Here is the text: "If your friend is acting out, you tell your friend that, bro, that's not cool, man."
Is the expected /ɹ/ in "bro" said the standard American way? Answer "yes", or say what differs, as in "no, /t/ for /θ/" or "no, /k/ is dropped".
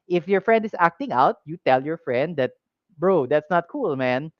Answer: yes